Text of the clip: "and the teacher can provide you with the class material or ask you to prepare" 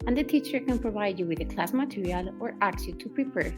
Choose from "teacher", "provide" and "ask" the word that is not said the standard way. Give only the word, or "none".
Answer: ask